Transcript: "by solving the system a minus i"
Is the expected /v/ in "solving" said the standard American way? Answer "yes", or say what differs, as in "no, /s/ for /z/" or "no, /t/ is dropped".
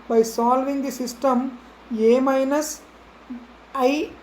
yes